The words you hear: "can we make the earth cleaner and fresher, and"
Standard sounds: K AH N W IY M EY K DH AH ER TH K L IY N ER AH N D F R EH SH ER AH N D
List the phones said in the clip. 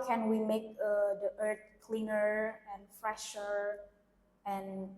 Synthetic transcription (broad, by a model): K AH N W IY M EY K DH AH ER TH K L IY N ER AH N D F R EH SH ER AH N